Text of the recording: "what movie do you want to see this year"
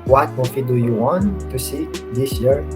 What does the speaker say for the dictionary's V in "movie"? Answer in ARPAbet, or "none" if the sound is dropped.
F